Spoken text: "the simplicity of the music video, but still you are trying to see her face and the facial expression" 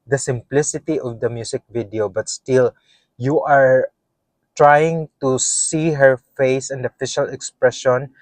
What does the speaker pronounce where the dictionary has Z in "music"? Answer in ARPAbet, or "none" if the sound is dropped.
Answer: S